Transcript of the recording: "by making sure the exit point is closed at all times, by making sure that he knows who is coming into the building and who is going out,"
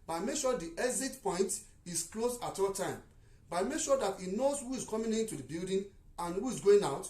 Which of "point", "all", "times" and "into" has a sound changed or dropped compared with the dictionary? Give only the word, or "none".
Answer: times